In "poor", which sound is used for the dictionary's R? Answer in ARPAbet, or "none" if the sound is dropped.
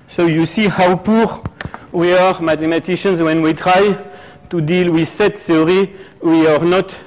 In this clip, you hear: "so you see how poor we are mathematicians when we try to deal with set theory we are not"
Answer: R